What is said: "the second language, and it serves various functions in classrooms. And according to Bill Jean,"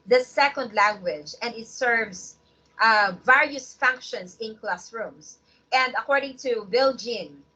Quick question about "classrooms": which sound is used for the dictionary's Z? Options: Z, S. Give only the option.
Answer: S